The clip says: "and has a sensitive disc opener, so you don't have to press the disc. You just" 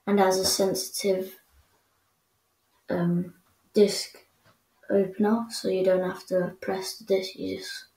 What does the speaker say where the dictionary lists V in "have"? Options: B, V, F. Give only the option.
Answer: F